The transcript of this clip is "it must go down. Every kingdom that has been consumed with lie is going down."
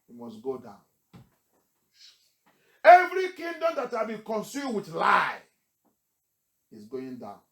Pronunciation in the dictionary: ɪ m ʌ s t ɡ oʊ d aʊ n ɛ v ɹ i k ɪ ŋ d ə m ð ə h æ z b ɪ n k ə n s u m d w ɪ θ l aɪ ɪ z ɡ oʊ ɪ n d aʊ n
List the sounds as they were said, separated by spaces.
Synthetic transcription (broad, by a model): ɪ m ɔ s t ɡ oʊ d aʊ n ɛ v ɹ i k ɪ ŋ d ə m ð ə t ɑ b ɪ k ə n s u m w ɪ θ l aɪ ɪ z ɡ oʊ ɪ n d aʊ n